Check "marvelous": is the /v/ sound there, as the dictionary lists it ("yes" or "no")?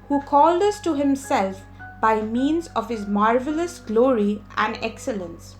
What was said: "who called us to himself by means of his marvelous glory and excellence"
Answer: yes